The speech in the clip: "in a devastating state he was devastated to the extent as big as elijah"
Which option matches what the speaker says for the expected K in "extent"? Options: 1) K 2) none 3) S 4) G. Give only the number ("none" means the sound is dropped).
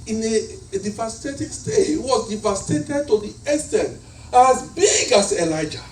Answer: 2